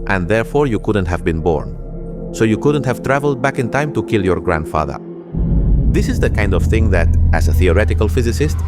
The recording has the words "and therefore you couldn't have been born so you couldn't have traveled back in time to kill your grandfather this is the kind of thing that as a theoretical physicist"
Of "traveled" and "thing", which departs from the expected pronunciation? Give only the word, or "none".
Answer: none